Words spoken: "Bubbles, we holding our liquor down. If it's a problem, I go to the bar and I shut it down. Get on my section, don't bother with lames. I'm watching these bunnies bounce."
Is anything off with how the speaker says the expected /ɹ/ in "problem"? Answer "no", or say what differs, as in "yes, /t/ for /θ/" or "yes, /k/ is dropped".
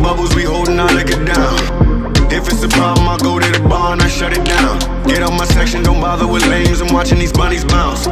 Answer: yes, /ɹ/ is dropped